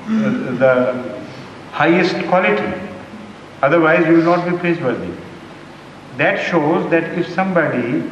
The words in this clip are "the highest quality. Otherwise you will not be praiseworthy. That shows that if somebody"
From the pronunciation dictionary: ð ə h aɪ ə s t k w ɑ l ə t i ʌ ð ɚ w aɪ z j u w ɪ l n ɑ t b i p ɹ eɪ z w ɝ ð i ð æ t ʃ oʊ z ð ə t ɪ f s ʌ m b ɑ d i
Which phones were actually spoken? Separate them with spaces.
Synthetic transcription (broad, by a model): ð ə h aɪ ə s t k w ɑ l ə t i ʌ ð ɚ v aɪ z j u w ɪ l n ɑ t b i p l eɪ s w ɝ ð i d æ t ʃ oʊ z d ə t ɪ f s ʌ m b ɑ d i